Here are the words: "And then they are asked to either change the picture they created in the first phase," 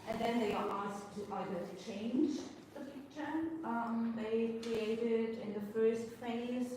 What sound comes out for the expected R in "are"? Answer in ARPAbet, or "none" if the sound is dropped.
L